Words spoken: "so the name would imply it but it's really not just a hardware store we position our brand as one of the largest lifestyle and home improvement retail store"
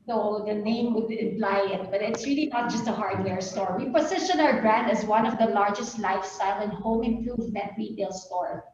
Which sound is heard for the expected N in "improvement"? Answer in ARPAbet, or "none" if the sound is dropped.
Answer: none